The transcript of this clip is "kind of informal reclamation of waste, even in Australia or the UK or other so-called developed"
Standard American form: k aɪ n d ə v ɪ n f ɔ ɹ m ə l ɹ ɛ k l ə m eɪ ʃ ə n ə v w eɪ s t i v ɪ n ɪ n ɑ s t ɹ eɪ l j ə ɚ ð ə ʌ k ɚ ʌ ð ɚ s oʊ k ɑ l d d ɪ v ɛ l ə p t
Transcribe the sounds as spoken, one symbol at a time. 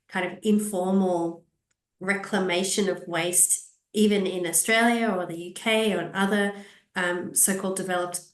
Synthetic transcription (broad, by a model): k aɪ n d ə v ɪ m f ɔ ɹ m l ɹ ɛ k l ə m eɪ ʃ ə n ə v w eɪ s t i v ɪ n ɪ n ɑ s t ɹ eɪ l j ə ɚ ð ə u k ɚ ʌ ð ɚ s oʊ k ɑ l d d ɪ v ɛ l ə p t